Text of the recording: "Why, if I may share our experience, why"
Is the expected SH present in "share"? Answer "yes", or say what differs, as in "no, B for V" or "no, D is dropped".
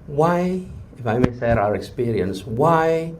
no, S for SH